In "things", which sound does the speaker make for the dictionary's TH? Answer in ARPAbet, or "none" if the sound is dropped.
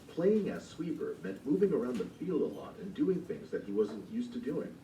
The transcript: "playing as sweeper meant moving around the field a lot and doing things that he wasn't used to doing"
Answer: TH